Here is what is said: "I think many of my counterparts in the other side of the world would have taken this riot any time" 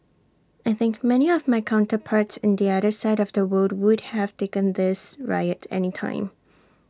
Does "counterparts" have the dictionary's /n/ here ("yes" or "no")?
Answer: yes